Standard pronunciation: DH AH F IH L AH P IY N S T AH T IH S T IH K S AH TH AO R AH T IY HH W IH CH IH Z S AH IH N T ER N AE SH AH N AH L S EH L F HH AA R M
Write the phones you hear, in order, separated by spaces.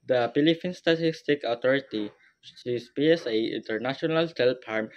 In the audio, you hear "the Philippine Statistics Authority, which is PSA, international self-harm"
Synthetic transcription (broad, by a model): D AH P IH L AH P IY N S T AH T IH S T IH K AH T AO R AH T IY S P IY IH S AH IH N T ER N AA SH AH N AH L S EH L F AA R M